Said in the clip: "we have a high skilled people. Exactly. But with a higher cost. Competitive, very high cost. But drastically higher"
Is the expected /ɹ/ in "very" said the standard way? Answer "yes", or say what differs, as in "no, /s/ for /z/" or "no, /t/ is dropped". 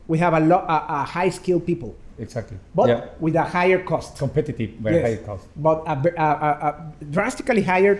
no, /ɹ/ is dropped